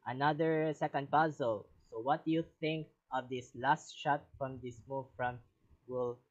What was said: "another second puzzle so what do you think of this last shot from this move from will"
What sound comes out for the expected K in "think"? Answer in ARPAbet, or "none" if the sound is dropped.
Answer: K